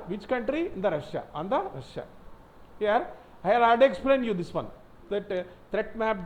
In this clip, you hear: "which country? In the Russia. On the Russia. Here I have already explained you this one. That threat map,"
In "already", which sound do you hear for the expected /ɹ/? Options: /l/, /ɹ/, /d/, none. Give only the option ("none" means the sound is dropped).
none